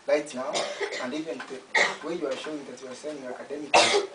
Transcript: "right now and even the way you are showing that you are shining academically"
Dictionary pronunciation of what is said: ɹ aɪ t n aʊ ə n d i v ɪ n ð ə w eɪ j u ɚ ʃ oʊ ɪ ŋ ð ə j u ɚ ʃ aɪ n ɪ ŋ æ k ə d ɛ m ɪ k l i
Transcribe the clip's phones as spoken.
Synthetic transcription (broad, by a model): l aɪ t n aʊ ə n d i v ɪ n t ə w eɪ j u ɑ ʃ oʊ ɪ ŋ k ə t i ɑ s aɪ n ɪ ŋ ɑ k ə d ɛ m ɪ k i